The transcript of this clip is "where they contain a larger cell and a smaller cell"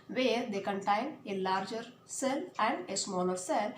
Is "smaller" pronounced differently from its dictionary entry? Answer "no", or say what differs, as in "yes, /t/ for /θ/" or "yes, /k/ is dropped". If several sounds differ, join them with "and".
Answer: yes, /n/ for /l/